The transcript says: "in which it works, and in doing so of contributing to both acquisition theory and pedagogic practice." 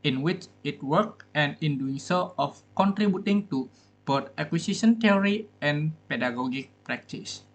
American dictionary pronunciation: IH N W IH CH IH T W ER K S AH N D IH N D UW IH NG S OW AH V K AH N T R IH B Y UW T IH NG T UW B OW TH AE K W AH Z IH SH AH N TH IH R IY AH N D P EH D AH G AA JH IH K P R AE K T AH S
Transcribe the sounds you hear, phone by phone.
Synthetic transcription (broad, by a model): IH N W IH CH IH T W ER K AH N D IH N D UW IH NG S OW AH F K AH N T R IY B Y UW T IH NG T UW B OW T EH K W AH S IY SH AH N T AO R IY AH N P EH D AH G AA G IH K P R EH K T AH S